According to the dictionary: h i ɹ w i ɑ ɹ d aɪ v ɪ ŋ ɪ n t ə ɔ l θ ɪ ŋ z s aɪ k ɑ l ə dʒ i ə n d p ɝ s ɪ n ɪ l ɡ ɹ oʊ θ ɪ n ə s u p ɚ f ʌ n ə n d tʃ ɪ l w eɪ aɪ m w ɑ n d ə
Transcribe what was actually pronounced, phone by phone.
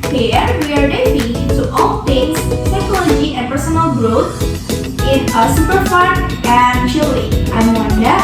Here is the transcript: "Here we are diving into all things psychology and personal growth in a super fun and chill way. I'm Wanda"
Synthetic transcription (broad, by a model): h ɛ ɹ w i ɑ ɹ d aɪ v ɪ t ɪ t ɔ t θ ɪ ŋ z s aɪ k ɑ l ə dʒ i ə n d p ɝ s ɪ n ɪ l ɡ ɹ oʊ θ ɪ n ə s u p ɚ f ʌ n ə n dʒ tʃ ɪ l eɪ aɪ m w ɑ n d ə